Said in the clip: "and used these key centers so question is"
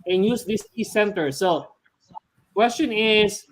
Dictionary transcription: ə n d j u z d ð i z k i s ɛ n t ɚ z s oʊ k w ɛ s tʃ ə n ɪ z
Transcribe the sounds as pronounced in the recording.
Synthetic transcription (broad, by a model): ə n j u s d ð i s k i s ɛ n t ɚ s oʊ k w ɛ s tʃ ə n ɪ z